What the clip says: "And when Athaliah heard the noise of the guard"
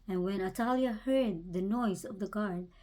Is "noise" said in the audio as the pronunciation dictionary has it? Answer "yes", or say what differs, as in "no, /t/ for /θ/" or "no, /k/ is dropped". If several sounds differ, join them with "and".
yes